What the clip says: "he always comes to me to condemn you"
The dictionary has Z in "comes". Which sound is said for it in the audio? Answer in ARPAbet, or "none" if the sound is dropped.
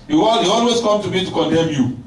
none